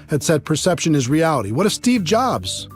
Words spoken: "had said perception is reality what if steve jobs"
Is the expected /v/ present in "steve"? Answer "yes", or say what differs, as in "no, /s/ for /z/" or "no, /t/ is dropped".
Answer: yes